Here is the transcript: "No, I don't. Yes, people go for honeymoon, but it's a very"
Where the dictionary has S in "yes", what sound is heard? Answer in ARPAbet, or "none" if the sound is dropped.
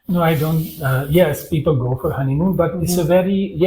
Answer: S